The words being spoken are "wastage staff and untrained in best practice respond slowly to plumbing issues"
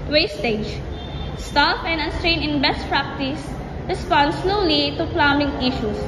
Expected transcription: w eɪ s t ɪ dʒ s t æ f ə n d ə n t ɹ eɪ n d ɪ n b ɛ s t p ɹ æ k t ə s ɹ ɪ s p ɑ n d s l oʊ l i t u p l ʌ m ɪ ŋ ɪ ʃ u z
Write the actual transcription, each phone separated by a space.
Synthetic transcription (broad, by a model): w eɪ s t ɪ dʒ s t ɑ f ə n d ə n t ɹ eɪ n ɪ n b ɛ s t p ɹ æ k t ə s ɹ ɪ s p ɑ n d s l oʊ l i t u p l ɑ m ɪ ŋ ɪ ʃ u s